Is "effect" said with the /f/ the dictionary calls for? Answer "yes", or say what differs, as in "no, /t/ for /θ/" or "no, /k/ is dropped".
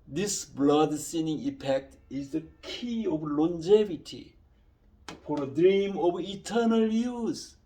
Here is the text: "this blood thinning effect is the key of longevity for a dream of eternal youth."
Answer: no, /p/ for /f/